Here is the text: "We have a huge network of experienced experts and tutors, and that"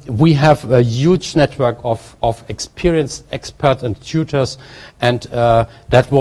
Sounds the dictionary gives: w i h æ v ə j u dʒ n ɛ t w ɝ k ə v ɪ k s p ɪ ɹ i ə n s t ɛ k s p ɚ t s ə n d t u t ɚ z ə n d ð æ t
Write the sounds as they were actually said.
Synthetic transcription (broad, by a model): w i h æ v ə j u dʒ n ɛ t w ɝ k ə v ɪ k s p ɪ ɹ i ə n s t ɛ k s p ɚ t s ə n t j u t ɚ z ə n d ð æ t